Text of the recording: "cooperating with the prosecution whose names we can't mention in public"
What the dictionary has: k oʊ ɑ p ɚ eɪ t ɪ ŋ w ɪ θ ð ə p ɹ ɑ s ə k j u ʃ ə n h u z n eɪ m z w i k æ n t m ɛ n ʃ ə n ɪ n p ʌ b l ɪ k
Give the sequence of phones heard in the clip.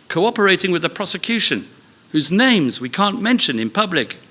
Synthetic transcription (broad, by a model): k oʊ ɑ p ɚ eɪ t ɪ ŋ w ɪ ð ə p ɹ ɑ s ə k j u ʃ ə n h u z n eɪ m z w i k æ n m ɛ n ʃ ə n ɪ n p ʌ b l ɪ k